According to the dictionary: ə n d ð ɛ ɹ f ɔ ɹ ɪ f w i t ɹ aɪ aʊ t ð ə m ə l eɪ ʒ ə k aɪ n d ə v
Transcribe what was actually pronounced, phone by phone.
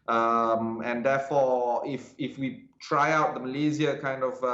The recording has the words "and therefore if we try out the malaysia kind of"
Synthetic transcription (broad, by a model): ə n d ɛ f ɔ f ɪ f w i t ɹ aɪ aʊ t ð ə m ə l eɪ z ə k aɪ n d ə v